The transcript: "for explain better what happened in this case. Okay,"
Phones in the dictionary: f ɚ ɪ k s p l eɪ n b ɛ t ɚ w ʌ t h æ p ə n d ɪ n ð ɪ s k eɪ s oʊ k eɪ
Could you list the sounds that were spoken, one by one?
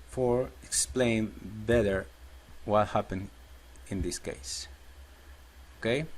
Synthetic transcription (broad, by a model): f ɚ ɪ k s p l eɪ n b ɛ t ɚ w ʌ t h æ p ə n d ɪ n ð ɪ s k eɪ s oʊ k eɪ